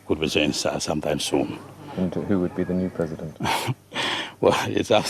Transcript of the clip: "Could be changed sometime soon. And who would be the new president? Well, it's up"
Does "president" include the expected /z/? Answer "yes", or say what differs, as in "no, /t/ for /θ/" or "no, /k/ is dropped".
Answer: yes